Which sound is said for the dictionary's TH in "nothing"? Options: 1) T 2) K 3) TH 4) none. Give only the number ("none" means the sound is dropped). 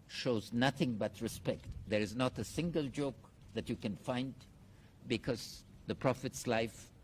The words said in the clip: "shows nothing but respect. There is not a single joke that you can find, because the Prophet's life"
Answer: 3